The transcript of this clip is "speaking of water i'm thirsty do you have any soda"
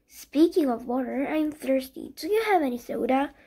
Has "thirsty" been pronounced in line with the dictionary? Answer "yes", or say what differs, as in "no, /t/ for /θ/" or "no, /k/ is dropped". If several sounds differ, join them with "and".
yes